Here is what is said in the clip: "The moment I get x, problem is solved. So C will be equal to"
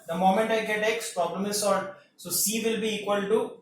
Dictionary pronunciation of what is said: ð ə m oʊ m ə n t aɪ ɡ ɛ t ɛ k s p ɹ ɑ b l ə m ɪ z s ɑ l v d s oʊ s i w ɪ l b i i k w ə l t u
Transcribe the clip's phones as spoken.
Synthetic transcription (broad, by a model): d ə m oʊ m ə n t aɪ ɡ ɛ t ɛ k s p ɹ ɑ b l ə m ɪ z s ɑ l d s oʊ s i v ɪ l b i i k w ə l t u